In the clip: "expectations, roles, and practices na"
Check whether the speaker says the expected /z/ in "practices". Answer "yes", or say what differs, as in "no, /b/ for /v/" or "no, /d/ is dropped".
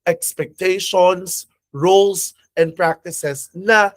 no, /s/ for /z/